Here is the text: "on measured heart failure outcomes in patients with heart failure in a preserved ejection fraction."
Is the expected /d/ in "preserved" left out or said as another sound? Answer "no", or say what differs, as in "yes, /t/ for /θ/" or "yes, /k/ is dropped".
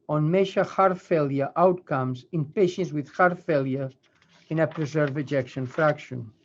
yes, /d/ is dropped